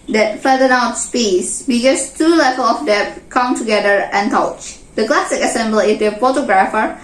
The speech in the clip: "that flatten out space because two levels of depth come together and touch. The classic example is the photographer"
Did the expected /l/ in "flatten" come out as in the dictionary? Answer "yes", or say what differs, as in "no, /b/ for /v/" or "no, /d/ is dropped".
no, /l/ is dropped